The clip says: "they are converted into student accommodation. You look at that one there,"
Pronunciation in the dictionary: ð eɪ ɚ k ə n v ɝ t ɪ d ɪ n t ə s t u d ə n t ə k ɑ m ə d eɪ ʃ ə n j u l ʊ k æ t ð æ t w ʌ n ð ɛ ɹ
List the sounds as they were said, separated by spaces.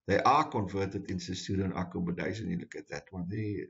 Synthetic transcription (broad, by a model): ð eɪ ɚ k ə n v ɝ t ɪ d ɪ n s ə s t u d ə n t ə k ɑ m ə d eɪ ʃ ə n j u l ʊ k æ t ð æ t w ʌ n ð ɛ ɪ